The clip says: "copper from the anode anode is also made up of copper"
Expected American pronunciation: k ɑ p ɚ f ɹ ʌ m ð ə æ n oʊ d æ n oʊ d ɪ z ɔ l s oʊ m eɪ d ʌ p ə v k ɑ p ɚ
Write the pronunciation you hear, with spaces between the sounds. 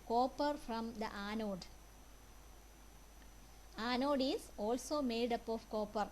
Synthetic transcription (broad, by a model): k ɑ p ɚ f ɹ ʌ m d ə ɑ n oʊ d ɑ n oʊ d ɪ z ɔ l s oʊ m eɪ d ʌ p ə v k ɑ p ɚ